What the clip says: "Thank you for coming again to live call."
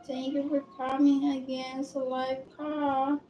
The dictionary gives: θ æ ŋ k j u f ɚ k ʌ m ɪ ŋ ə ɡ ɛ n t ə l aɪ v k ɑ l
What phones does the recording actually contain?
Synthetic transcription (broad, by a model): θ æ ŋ k j u f ɚ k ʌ m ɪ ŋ ə ɡ ɛ n s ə l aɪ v k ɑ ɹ